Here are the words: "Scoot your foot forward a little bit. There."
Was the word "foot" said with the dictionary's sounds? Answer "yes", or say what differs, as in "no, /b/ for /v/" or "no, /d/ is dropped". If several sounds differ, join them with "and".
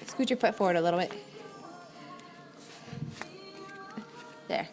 no, /p/ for /f/